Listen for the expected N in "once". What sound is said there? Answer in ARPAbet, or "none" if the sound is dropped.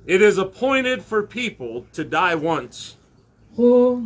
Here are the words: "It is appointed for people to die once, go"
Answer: N